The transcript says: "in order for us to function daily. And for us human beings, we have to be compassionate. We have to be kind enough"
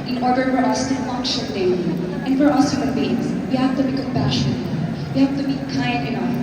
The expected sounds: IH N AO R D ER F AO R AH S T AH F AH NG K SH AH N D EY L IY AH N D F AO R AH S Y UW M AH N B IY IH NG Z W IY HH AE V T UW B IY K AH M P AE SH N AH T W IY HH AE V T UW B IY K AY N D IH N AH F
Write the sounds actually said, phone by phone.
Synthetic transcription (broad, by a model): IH N AO R D ER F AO R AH S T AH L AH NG SH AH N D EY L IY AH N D F AO R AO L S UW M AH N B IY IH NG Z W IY HH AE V T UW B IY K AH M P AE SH AH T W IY HH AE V T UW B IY K AY N D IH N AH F